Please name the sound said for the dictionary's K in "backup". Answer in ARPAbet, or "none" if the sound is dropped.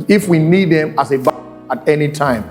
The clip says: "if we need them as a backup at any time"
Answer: none